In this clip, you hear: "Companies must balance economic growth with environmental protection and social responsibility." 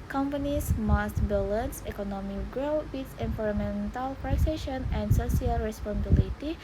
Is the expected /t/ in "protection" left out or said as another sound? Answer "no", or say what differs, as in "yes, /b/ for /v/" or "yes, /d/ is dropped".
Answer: yes, /s/ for /t/